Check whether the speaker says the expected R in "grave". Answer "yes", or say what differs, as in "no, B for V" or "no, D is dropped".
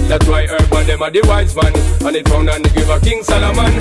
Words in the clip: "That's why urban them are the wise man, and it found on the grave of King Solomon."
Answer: no, R is dropped